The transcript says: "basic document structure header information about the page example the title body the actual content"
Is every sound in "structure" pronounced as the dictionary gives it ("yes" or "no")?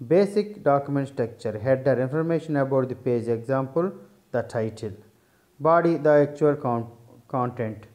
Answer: no